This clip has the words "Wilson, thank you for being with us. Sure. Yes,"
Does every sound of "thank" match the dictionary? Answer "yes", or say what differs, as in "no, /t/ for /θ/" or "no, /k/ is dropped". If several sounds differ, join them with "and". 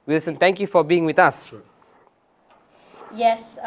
no, /t/ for /θ/